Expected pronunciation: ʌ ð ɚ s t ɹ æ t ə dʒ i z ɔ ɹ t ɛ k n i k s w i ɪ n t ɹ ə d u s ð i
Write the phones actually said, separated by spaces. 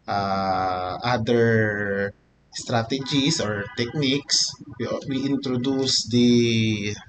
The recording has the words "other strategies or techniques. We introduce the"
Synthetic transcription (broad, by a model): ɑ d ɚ s t ɹ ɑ t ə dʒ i s ɔ ɹ t ɛ k n i k s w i ɪ n t ɹ ə d u s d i